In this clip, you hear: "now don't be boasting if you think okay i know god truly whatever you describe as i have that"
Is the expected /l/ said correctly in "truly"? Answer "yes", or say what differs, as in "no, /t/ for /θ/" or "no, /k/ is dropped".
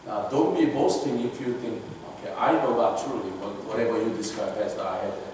no, /w/ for /l/